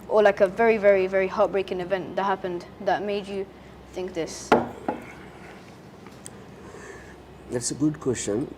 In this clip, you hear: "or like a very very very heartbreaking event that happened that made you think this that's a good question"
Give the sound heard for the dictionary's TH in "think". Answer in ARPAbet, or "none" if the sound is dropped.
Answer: TH